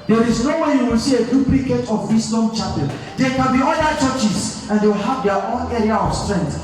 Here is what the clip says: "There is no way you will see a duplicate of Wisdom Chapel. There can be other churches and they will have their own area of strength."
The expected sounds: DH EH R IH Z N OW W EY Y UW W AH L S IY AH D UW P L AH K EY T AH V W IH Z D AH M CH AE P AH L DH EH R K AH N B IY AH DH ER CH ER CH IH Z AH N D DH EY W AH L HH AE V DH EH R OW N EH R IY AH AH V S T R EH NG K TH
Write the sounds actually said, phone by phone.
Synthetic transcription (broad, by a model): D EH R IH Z N OW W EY Y UW W AH L S IY AH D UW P L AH K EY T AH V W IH S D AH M CH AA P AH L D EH K AH N B IY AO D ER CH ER CH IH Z AH N D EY W AH L HH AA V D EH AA OW N EH R IY AH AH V S T R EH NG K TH